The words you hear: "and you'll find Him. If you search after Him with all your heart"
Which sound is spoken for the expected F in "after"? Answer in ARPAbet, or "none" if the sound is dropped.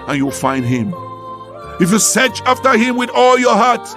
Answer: F